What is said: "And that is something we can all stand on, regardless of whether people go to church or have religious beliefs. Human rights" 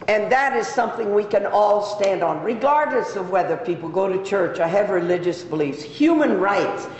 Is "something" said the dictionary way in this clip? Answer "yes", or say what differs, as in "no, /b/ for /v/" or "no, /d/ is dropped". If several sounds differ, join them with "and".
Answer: yes